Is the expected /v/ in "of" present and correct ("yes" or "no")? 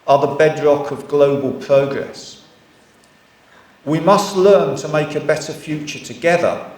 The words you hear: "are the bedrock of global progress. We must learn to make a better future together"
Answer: yes